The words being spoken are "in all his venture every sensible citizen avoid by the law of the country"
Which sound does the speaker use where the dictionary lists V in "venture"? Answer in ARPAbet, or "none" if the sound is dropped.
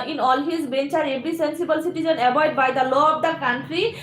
B